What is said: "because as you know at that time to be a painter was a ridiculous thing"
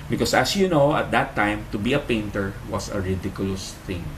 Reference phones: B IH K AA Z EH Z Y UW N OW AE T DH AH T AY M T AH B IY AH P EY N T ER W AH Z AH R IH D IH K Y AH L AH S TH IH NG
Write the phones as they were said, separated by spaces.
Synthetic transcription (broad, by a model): B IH K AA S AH S Y UW N OW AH T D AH T AY M T AH B IY AH P EY N T ER W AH S AH R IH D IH K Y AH L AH S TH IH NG